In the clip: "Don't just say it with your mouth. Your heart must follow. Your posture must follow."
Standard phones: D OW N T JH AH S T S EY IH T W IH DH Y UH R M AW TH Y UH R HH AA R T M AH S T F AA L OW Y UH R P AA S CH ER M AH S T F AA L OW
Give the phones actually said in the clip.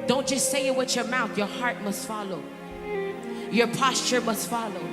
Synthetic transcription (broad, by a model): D OW N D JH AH S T S EY IH T W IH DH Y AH R M AW TH Y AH R HH AA R T M AH S T F AA L OW Y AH R P AA S CH ER M AH S T F AA L OW